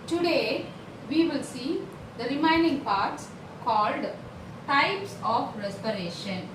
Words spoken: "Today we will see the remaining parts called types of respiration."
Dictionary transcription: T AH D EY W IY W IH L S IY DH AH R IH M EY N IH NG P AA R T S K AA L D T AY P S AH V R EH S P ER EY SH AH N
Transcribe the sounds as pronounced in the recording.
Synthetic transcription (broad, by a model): T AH D EY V IY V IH L S IY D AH R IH M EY N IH NG P AA R T S K AA L D T AY P S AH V R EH S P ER EY SH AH N